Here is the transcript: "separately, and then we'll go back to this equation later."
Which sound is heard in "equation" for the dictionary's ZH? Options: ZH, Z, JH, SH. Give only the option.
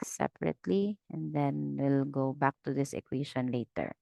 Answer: SH